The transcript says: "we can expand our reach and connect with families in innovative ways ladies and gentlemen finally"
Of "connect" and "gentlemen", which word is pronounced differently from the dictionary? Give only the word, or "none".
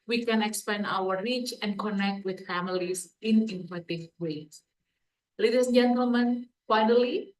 none